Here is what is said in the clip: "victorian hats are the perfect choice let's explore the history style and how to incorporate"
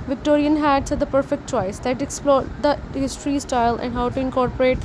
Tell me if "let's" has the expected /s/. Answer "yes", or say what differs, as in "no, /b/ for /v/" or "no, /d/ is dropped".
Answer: no, /s/ is dropped